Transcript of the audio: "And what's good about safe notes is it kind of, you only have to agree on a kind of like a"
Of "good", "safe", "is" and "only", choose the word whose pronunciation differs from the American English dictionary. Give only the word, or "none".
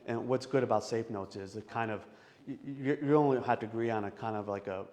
none